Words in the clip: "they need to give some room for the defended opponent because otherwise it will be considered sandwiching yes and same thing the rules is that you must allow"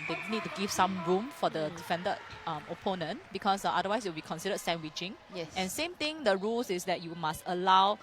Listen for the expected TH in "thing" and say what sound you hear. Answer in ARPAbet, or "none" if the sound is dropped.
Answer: T